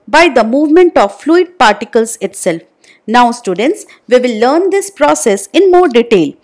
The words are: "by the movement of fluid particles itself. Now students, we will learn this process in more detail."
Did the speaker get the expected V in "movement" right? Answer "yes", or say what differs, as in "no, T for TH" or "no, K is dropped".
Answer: yes